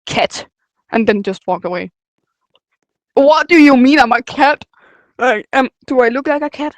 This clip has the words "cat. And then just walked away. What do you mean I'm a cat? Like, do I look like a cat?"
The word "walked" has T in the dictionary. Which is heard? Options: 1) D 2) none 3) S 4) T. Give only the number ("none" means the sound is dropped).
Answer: 2